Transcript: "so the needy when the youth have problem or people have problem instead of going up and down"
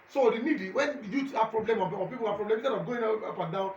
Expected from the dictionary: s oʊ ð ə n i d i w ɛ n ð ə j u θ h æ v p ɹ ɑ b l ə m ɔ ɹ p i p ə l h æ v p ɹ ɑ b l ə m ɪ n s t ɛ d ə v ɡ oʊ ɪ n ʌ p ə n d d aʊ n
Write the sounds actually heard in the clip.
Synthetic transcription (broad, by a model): s oʊ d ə n i d i w ɛ n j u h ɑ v p ɹ ɑ b l ə m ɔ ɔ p i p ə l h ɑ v p ɹ ɑ b l ə m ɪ s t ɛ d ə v ɡ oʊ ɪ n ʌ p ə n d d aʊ